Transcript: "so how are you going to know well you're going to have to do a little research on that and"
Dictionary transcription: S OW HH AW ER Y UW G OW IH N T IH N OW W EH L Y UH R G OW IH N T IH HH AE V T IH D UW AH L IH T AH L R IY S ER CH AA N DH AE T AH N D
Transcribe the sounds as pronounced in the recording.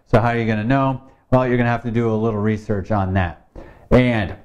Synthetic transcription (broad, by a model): S OW HH AW ER Y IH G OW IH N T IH N OW W EH L Y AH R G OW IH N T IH HH AE F T IH D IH AH L IH T L R IY S ER CH N DH AE T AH N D